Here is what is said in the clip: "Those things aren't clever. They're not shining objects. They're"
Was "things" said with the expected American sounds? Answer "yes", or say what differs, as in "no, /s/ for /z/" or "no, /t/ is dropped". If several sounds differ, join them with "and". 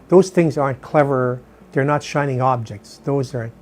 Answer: yes